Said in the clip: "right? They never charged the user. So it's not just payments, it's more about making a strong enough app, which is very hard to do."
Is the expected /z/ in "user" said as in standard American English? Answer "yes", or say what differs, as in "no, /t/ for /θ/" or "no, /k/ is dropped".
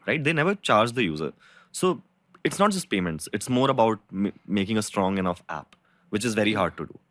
yes